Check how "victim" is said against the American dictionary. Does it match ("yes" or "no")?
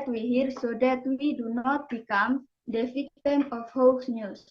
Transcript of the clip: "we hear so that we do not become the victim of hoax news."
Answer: no